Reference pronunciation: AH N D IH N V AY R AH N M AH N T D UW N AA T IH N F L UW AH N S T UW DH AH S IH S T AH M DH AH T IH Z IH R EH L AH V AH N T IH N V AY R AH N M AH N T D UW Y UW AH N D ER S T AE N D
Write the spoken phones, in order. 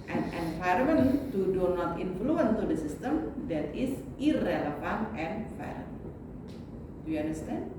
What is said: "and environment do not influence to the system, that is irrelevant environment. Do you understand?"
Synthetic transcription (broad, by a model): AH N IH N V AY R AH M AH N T D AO N AA T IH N F L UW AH N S T UW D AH S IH S T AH M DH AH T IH S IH R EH L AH F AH N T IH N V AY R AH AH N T D UW Y UW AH N D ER S T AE N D